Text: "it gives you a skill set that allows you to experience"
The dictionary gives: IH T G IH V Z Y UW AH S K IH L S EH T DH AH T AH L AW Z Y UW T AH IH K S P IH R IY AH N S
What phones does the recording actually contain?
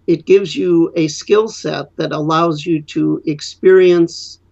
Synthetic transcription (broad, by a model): IH T G IH V Z Y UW AH S K IH L S EH T DH AH T AH L AW Z Y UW T AH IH K S P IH R IY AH N S